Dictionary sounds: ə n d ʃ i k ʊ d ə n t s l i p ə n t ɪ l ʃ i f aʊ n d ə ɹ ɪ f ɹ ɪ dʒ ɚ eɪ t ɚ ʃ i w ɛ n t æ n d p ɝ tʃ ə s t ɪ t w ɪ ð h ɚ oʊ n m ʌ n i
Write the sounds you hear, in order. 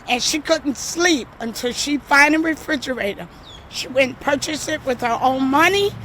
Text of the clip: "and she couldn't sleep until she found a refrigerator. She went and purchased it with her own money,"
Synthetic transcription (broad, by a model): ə n ʃ i k ʊ d n t s l i p ə n t ɪ l ʃ i f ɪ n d ə ɹ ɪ f ɹ ɪ dʒ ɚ eɪ t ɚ ʃ i w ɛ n n p ɝ tʃ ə s ɪ t w ɪ ð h ɚ oʊ n m ʌ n i